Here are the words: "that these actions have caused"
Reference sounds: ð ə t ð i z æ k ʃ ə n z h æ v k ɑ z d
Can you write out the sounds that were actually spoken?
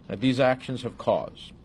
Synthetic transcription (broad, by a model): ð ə t ð i z æ k ʃ ə n z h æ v k ɑ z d